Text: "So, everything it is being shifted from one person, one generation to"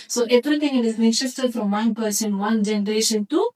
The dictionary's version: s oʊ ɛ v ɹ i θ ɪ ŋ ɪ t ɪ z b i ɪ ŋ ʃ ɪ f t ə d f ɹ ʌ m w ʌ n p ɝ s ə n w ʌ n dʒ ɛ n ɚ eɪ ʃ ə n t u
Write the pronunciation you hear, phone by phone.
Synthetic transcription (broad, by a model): s oʊ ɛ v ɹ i t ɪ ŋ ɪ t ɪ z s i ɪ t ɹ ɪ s t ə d f ɹ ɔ m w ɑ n p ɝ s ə n w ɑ n dʒ ɛ n ɚ eɪ ʃ ə n t u